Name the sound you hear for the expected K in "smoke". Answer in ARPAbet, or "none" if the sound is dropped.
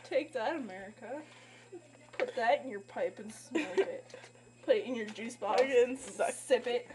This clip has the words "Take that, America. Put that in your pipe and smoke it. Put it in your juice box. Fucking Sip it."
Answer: none